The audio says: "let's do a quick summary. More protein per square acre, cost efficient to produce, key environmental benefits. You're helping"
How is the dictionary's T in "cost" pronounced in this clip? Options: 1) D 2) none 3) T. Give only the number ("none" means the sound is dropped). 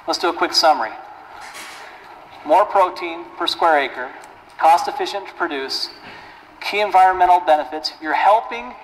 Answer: 3